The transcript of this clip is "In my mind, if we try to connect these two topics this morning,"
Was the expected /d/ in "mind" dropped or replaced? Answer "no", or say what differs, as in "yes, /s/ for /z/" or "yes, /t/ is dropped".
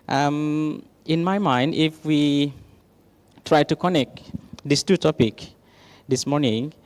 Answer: no